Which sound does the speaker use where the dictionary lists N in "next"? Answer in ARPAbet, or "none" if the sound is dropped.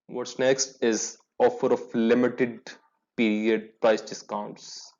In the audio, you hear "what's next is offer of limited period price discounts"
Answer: N